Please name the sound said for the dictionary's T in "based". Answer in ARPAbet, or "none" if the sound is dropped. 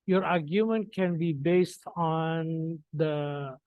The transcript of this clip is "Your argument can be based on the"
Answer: T